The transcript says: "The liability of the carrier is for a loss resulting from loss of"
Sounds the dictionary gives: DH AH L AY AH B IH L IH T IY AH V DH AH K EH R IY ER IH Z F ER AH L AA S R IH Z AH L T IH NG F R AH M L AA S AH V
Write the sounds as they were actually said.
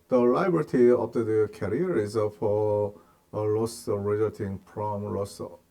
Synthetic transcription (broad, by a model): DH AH L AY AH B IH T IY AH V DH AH K EH R IY ER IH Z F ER AH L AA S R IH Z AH T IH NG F R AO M L AA S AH